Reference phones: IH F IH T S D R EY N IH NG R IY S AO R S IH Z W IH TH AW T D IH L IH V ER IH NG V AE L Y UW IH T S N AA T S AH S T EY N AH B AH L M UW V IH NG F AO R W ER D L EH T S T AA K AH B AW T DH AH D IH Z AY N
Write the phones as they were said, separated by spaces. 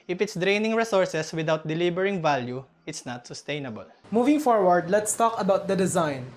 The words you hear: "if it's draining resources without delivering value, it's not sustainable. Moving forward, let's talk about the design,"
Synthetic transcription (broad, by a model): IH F IH T S D R EY N IH NG R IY S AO R S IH S W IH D AW T D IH L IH B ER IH NG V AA L Y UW IH T S N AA T S AH S T EY N AH B AH L M UW V IH NG F AO R W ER D L EH T S T AA K AH B AW T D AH D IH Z AY N